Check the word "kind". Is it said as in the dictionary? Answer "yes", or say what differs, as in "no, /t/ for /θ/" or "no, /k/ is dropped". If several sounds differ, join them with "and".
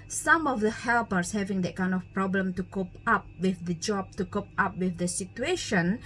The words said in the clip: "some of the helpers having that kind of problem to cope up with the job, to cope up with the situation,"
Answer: yes